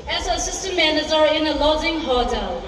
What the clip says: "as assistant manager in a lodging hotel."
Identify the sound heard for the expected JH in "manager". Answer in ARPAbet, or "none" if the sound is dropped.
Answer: Z